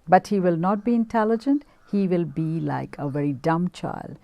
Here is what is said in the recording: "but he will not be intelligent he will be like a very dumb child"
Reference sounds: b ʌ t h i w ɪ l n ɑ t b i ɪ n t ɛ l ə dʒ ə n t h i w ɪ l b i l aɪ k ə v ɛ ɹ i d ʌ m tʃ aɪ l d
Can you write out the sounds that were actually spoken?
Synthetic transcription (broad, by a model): b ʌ t h i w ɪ l n ɑ t b i ɪ n t ɛ l ə dʒ ə n t h i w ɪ l b i l aɪ k ə v ɛ ɹ i d ʌ m tʃ aɪ l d